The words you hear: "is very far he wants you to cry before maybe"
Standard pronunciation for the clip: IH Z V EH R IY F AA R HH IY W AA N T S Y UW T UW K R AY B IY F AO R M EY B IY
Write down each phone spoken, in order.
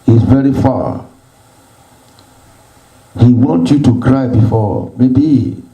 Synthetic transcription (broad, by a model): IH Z V EH R IY F AA HH IY W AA N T Y UW T UW K R AY B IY F AO M EY B IY